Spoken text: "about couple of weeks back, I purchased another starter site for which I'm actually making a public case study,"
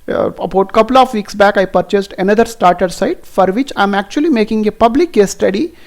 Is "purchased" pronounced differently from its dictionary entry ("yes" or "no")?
no